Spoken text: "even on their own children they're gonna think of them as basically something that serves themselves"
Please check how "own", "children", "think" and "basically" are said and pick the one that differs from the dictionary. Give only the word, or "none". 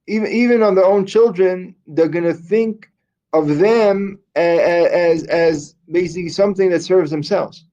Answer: none